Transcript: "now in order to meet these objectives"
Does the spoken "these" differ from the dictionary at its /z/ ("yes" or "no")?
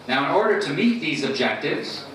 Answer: no